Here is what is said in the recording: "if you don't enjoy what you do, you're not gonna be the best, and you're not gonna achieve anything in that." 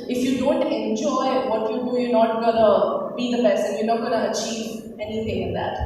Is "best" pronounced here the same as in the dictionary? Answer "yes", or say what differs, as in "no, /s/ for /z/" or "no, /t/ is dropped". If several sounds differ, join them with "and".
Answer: no, /t/ is dropped